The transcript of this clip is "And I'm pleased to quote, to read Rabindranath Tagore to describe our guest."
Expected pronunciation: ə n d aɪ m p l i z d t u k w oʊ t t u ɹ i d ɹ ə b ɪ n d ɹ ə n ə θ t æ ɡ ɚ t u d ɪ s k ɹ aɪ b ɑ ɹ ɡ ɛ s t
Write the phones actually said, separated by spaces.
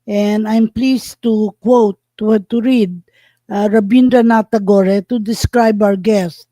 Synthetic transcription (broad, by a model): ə n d aɪ m p l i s t u k w oʊ t t u ɹ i d ɹ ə b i n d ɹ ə n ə t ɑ ɡ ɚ t u d ɪ s k ɹ aɪ b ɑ w ɡ ɛ s t